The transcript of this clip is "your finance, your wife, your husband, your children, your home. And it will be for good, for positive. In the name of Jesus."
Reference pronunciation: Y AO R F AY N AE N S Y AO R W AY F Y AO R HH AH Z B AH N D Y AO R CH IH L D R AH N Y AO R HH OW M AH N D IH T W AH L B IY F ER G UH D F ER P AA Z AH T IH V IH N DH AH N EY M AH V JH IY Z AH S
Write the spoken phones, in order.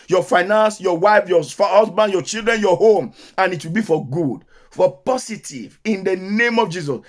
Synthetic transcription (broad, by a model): Y AO F AY N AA N S Y AO W AY F Y AO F HH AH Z B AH N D Y AO CH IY L D R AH N Y AO HH OW M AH N IH T W AH L B IY F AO G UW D F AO P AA S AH T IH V IH N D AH N EY M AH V JH IY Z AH S